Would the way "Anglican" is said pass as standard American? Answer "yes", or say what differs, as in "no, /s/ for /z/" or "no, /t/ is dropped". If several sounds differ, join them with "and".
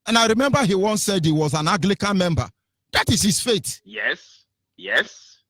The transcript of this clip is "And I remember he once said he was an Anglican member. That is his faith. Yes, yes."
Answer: no, /ŋ/ is dropped